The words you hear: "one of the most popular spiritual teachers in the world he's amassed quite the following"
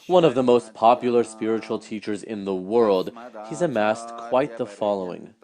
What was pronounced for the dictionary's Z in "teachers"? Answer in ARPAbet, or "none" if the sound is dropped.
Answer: Z